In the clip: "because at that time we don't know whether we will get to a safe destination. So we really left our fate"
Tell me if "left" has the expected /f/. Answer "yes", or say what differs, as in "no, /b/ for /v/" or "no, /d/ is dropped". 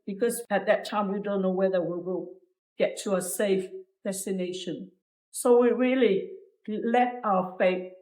no, /f/ is dropped